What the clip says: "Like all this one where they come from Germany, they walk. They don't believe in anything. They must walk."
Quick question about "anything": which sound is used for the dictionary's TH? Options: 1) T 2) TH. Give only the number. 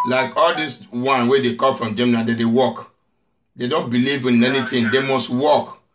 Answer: 1